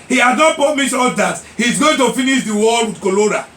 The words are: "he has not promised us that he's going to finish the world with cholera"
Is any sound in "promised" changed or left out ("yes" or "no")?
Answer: yes